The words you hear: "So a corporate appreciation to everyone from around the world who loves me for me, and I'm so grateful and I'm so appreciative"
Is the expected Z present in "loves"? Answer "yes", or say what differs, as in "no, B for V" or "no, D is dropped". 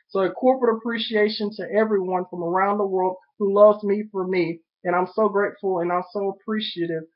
yes